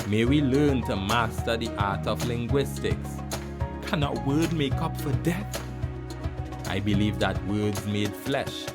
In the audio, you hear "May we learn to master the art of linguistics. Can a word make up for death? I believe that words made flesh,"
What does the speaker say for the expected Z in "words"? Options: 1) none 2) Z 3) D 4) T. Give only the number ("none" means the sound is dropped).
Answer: 2